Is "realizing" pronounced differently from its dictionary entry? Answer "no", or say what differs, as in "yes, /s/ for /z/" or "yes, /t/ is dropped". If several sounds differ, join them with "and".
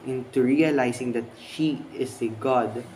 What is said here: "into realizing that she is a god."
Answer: yes, /s/ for /z/